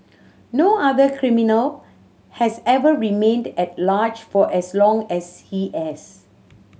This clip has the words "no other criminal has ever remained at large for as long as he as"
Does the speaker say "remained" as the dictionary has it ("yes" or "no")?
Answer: yes